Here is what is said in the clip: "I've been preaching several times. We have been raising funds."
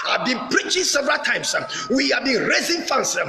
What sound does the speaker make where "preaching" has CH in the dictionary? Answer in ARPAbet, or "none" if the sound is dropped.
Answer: CH